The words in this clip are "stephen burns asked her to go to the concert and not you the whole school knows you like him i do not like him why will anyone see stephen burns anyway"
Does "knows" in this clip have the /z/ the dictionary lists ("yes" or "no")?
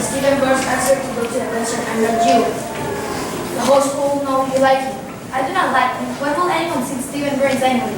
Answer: no